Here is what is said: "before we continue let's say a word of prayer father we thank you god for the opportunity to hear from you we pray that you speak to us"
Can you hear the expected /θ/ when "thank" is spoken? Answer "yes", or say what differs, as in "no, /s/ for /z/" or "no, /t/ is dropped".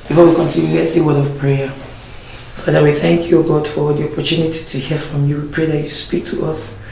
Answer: yes